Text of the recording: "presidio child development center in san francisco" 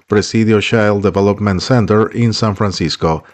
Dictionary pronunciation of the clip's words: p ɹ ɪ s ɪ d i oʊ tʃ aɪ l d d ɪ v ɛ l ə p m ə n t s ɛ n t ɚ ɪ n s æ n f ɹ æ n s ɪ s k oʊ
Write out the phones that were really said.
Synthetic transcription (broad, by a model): p ɹ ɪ s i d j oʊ ʃ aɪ l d d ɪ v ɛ l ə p m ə n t s ɛ n t ɚ ɪ n s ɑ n f ɹ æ n s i s k oʊ